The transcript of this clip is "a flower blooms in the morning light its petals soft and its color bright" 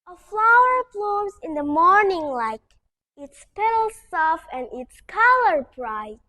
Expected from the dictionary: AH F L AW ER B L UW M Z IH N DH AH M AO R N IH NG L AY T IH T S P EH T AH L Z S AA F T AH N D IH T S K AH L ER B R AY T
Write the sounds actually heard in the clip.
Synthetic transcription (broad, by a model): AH F L AW ER B L UW M Z IH N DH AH M AO R N IH NG L AY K IH T S P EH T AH L S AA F AH N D IH T S K AH L ER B R AY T